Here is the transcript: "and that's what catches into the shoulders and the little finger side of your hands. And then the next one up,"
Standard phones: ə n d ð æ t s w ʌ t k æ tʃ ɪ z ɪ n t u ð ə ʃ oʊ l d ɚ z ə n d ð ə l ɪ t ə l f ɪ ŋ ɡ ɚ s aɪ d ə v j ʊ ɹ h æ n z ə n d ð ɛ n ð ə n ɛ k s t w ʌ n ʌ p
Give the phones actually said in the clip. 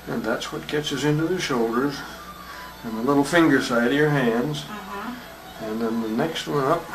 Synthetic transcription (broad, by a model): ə n ð æ t s w ʌ t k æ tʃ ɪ s ɪ n t u ð ə ʃ oʊ l d ɚ z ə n ð ə l ɪ t l f ɪ ŋ ɡ ɚ s aɪ d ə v j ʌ ɹ h æ n z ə n ð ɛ n ð ə n ɛ k s t w ʌ n ʌ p